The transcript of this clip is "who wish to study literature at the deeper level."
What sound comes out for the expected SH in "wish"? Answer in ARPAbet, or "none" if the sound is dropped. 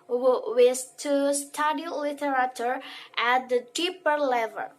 S